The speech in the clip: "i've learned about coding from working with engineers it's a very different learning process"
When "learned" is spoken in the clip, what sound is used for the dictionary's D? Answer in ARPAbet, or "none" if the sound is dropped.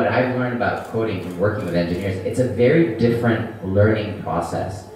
D